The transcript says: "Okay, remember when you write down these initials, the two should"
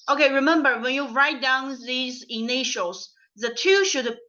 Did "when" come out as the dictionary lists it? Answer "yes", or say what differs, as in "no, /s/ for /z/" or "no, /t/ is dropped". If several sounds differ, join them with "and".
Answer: yes